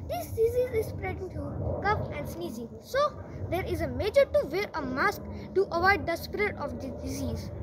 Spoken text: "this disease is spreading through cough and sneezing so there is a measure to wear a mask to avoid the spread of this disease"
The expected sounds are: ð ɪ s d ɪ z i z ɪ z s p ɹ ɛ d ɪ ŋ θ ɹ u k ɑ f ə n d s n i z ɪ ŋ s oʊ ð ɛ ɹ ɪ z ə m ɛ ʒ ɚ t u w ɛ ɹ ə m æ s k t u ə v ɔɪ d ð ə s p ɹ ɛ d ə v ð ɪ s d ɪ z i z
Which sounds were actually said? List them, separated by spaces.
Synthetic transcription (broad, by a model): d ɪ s d ɪ z i z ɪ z s p ɹ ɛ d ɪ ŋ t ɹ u k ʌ p ə n d s n i z ɪ ŋ s oʊ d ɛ ɹ ɪ z ə m ɛ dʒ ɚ t u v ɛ ɹ ə m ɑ s k t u ə v ɔɪ d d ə s p ɹ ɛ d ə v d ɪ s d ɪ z i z